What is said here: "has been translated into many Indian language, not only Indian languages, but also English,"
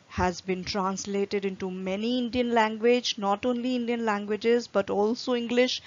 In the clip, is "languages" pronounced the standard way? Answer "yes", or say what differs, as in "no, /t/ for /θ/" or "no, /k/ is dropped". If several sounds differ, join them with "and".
yes